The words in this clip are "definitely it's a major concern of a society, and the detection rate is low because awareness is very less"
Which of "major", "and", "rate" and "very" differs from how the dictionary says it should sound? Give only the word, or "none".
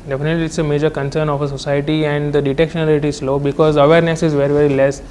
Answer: rate